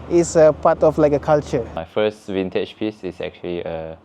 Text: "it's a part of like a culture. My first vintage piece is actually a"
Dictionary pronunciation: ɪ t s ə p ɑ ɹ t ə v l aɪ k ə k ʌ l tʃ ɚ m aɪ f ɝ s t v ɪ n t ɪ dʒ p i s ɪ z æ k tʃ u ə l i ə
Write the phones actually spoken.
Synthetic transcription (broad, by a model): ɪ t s ə p ɑ t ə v l aɪ k ə k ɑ l tʃ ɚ m aɪ f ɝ s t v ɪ n t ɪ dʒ p i s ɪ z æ k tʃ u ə l i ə